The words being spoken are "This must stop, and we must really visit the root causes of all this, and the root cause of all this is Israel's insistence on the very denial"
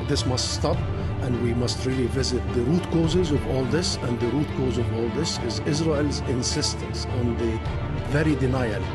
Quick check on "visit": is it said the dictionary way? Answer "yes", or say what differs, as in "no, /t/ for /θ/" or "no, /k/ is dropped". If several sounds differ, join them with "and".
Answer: yes